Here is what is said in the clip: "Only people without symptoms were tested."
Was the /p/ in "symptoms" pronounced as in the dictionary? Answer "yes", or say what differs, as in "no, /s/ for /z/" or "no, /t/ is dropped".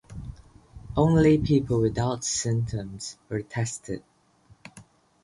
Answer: no, /p/ is dropped